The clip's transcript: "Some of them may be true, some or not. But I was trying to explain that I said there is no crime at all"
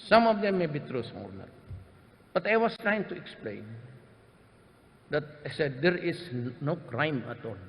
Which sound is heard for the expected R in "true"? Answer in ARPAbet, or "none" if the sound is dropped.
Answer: R